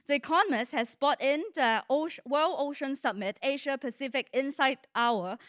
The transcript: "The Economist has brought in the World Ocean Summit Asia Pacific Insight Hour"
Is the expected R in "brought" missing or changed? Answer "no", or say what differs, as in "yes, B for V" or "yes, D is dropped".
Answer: yes, R is dropped